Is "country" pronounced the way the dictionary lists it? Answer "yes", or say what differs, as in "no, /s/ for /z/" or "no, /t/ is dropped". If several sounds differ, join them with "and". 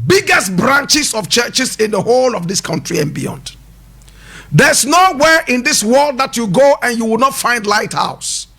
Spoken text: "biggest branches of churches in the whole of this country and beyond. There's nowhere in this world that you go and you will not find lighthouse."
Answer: yes